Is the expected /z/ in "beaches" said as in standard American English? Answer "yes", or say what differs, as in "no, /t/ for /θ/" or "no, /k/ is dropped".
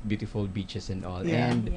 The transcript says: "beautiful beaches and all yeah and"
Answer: no, /s/ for /z/